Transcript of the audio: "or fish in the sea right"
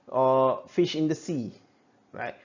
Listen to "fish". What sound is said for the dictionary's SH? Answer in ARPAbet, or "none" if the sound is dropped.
SH